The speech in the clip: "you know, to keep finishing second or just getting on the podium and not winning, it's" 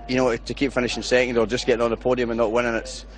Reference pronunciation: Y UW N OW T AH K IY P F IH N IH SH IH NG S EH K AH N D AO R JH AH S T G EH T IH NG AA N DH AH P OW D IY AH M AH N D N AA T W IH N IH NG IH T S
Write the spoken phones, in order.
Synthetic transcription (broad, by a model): Y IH N OW T AH K IY P F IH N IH SH IH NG S EH AH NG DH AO L JH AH S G EH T IH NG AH N DH AH P OW D IY AH M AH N N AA T W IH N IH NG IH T S